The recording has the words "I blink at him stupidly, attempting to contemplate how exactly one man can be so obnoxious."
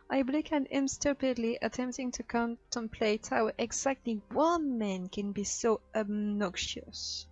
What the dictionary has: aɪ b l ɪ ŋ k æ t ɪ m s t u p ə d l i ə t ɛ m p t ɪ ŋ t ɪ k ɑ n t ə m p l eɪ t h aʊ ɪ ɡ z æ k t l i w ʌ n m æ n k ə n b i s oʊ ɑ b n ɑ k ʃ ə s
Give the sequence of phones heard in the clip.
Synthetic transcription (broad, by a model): aɪ b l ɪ k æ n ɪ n s t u p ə d l i ə t ɛ m p t ɪ ŋ t ɪ k ɑ n t ə m p l eɪ t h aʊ ɪ ɡ z æ k t l i w ʌ n m æ n k ə n b i s oʊ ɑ b n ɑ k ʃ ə s